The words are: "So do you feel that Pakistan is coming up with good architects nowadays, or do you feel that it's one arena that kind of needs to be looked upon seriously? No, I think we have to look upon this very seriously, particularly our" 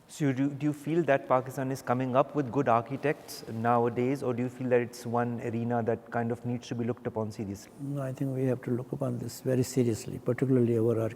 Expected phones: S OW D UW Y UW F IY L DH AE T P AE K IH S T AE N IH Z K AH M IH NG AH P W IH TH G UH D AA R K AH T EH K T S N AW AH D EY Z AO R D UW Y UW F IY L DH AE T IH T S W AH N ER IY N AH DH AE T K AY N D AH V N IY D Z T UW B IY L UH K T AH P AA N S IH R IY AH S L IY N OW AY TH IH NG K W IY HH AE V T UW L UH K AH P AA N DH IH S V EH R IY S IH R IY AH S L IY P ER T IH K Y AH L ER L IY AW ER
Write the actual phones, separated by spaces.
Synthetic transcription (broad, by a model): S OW D UW Y UW F IY L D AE T P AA K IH S T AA N IH Z K AH M IH NG AH P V IH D G UH D AA R K AH T EH K T S N AW AH D EY Z AO R D UW Y UW F IY L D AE T IH T S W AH N ER IY N AH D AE T K AY N D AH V N IY D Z T UW B IY L UH K T AH P AA N S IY R IY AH S L IY AY T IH NG K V IY HH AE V T UW L UH K AH P AA N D IH S V EH R IY S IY R IY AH S L IY P ER T IH K Y AH L ER L IY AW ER